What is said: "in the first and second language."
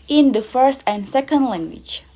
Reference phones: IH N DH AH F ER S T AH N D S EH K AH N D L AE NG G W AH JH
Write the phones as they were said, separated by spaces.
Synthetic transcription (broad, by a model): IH N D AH F ER S T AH N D S EH K AH N D L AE NG G W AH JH